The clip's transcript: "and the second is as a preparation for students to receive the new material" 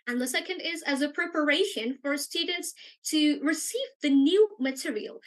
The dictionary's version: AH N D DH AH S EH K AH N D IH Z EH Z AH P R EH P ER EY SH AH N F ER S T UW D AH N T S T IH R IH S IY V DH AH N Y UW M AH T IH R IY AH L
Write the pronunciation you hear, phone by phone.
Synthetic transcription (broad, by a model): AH N DH AH S EH K AH N D IH Z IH Z AH P R EH P ER EY SH AH N F ER S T UW D N T S T IH R IH S IY V DH AH N Y UW M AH T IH R IY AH L